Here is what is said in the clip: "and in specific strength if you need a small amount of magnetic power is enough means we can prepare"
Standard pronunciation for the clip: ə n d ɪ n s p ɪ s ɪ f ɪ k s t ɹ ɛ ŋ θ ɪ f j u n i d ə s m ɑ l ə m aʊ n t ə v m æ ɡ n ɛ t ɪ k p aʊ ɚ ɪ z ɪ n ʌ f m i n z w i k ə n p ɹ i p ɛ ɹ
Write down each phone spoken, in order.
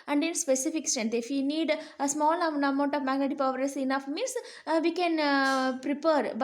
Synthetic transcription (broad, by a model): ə n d ɪ n s p ɪ s ɪ f ɪ k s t ɛ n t ɪ f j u n i d ə s m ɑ l ə m aʊ n t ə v m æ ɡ ɛ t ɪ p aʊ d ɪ s ɪ n ʌ f m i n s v i k ə n p ɹ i p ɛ ɹ